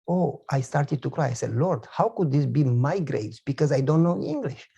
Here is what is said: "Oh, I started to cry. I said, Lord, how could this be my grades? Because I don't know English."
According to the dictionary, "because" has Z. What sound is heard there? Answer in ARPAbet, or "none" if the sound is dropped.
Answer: Z